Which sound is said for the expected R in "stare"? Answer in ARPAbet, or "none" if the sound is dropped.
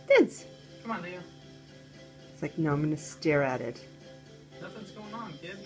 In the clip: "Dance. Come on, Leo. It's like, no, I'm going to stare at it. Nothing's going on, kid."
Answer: R